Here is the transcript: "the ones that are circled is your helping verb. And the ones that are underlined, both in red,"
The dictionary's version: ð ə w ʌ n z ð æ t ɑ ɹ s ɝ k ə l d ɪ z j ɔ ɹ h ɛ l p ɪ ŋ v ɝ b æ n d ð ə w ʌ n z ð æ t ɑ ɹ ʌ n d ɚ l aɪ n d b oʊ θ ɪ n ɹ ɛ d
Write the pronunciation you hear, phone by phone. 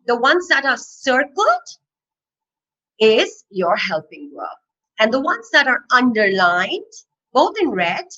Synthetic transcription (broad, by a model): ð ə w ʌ n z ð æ t ɑ ɹ s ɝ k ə l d ɪ z j ɔ ɹ h ɛ l p ɪ ŋ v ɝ æ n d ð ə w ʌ n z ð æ t ɑ ɹ ʌ n d ɚ l aɪ n d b oʊ t ɪ n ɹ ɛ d